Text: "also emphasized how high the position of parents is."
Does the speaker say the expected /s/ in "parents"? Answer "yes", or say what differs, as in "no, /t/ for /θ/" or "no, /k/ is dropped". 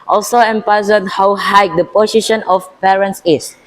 yes